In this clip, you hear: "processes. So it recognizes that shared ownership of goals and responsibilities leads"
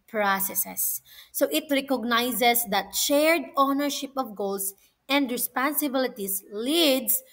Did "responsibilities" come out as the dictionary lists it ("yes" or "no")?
no